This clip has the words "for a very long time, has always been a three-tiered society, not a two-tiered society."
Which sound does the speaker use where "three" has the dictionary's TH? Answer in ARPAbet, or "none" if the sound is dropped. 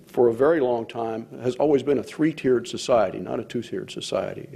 TH